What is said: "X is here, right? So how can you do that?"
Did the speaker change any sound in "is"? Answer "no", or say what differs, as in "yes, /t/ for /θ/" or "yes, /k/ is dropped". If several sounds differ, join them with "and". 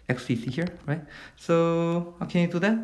yes, /s/ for /z/